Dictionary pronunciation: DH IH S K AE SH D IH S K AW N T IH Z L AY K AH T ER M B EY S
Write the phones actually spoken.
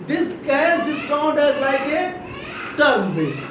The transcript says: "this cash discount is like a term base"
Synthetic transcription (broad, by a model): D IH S K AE S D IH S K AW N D IH Z L AY K AH T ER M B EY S